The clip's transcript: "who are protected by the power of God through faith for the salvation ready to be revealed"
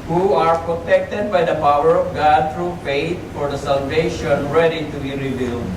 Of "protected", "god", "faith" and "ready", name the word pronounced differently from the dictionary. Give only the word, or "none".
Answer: faith